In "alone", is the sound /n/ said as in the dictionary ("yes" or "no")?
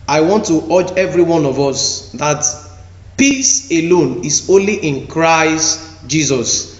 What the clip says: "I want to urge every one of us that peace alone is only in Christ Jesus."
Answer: yes